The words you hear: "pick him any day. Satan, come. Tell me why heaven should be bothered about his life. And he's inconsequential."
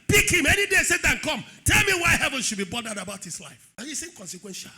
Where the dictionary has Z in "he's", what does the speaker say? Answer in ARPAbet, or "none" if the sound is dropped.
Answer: S